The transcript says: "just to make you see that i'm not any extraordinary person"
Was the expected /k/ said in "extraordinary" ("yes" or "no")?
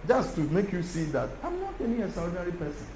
no